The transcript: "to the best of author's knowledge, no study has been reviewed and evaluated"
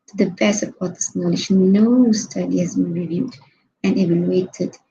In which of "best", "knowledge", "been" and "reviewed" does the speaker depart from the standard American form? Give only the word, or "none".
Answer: best